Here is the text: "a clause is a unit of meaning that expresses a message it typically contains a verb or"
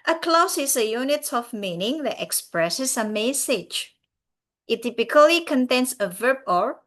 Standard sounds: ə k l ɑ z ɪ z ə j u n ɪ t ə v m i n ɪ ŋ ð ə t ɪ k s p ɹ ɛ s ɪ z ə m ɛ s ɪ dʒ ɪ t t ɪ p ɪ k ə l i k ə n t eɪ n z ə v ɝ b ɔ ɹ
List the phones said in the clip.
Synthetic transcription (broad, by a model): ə k l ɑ s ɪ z ə j u n ɪ t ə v m i n ɪ ŋ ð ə t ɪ k s p ɹ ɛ s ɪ s ə m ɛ s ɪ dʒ ɪ t t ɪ p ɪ k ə l i k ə n t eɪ n s ə v ɝ b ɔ ɹ